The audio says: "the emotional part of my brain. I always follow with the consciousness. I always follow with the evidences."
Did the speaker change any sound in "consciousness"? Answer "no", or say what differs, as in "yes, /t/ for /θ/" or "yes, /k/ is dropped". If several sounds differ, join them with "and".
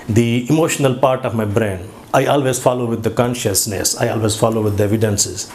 no